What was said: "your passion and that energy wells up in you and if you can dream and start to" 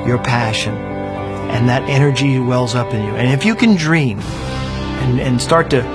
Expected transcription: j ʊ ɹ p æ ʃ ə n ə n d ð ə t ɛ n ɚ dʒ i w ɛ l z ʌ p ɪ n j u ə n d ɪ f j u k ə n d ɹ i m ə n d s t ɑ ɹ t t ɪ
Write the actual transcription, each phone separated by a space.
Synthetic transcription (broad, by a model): j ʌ ɹ p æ ʃ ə n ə n ð ə t ɛ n ɚ dʒ i w ɛ l z ʌ p ɪ n j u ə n ɪ f j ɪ k ə n d ɹ i m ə n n s t ɑ ɹ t t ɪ